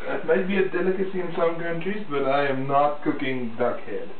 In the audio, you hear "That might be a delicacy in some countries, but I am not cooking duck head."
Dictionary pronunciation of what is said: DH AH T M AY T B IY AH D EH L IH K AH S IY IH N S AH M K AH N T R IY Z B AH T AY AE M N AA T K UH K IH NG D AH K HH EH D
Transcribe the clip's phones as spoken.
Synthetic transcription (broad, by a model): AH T M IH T B IY AH D EH L IH K AH S IY IH N S AH M K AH N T R IY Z B AH T AY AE M N AA T K UH K IH NG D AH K HH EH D